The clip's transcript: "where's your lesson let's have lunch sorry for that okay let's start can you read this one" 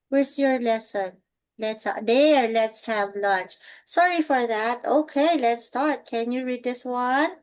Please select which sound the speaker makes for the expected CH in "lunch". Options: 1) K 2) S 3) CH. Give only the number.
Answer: 3